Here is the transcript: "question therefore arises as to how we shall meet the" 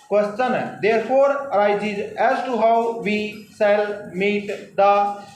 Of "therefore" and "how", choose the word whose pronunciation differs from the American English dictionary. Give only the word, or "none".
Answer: therefore